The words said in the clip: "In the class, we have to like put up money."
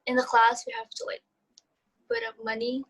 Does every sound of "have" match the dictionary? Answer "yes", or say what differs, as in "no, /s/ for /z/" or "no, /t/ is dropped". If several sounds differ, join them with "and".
no, /f/ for /v/